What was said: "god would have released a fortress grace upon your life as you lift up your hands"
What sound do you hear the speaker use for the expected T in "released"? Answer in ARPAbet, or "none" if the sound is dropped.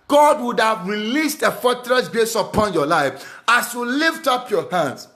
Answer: T